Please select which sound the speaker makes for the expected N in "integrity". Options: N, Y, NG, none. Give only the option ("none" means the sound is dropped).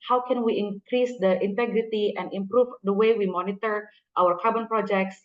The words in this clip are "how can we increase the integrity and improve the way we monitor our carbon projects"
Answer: N